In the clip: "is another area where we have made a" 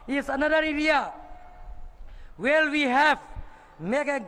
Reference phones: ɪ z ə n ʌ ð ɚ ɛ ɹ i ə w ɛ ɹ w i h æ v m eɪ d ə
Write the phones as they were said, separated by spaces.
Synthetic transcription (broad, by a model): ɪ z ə n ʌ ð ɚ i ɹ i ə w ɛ l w i h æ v m eɪ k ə